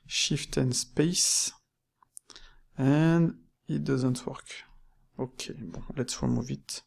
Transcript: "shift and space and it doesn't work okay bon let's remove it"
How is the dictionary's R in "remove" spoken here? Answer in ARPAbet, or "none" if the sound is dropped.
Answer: W